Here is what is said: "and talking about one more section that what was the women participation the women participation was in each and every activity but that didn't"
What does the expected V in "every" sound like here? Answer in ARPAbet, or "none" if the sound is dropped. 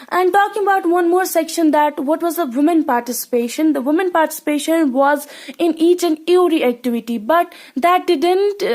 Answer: none